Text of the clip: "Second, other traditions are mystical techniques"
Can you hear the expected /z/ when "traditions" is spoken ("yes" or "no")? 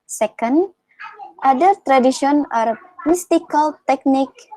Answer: no